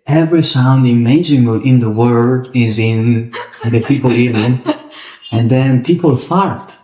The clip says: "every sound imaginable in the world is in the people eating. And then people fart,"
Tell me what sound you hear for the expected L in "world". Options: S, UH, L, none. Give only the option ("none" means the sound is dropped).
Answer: none